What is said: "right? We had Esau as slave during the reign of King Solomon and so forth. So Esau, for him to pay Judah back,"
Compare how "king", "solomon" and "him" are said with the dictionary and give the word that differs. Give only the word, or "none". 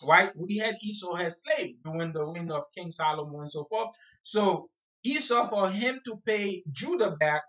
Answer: solomon